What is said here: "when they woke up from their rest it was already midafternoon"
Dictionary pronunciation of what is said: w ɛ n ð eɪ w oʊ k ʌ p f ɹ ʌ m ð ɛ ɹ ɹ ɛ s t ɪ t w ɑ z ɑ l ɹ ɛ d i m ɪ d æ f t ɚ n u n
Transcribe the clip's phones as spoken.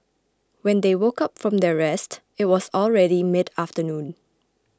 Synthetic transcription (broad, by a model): w ɛ n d eɪ w oʊ k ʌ p f ɹ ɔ m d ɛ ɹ ɹ ɛ s t ɪ t w ɑ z ɑ l ɹ ɛ d i m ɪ d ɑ f t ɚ n u n